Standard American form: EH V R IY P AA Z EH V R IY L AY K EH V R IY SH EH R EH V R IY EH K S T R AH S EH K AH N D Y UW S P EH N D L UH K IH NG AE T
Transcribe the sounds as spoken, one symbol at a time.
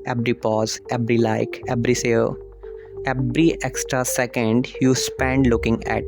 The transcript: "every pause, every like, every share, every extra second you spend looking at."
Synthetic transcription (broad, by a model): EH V R IY P AA Z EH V R IY L AY K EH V R IY S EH L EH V R IY EH K S T R AH S EH K AH N D Y UW S P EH N D L UH K IH NG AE T